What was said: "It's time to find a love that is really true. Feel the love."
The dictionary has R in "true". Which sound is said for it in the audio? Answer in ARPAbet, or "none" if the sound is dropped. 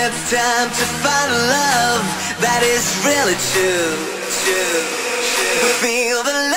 W